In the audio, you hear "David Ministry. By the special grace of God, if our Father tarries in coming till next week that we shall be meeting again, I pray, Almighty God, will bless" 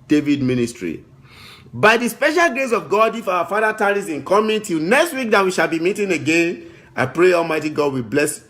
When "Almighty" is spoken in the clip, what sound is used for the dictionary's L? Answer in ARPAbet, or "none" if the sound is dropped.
L